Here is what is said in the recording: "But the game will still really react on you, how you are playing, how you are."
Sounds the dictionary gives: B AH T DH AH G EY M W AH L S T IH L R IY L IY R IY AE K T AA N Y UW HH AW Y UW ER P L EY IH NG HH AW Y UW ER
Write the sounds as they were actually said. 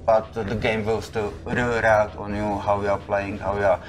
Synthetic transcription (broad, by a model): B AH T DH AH G EY M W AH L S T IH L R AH IY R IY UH T AA N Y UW HH AW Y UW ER P L EY IH NG HH AW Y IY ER